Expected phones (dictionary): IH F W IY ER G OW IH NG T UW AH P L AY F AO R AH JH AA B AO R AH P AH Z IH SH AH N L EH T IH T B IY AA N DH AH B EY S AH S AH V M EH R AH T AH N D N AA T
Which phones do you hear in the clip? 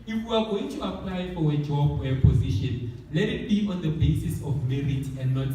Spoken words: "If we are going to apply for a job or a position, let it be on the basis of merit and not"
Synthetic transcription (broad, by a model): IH F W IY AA G OW IH NG T UW AH P L AY F AO W AH JH AA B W AH P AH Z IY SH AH N L EH T IH T B IY AA N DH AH B EY S AH S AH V M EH R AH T AH N D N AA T